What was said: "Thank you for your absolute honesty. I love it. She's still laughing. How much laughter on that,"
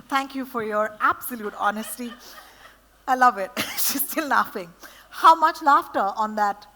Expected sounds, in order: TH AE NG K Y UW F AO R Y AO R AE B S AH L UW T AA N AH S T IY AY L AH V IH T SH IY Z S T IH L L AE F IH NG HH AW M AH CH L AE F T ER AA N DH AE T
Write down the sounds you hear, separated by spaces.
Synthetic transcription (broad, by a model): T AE NG K Y UW F AO R Y AO R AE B S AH L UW T AA N AH S T IY AY L AH V IH T SH IY Z S T IH L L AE F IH NG HH AW M AH CH L AE F T ER AA N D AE T